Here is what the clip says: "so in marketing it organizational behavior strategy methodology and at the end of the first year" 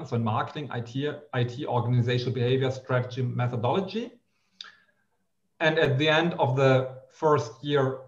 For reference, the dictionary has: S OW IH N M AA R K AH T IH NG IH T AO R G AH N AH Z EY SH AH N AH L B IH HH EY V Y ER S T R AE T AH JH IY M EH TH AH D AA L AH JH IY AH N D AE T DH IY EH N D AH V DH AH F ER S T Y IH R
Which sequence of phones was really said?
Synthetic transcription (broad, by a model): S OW IH N M AA R K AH T IH NG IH T AO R G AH N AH Z EY SH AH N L B IH HH EY V Y ER S T R AE T AH JH IY M EH TH AH D AA L AH JH IY AH N D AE T DH IY EH N D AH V DH AH F ER S T Y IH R